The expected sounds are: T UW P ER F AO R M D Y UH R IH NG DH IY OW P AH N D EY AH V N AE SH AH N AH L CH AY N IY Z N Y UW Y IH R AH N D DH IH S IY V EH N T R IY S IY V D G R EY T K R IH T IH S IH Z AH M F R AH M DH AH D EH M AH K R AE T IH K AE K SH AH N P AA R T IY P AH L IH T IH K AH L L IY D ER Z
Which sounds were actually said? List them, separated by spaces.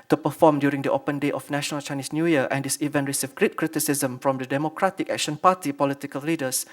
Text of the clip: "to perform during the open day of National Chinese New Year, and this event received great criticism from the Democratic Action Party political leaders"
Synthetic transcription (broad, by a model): T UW P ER F AO M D Y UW R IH NG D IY OW P AH N D EY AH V N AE SH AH N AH L CH AY N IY S N Y UW Y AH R AH N D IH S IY V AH N R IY S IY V G R EY T K R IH T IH S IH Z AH M F R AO M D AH D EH M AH K R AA T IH K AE K SH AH N P AA T IY P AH L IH T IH K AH L L IY D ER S